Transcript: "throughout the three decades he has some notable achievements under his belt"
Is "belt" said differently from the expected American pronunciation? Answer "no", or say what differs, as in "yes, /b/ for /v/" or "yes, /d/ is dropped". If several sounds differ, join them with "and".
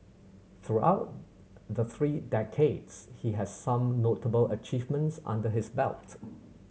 no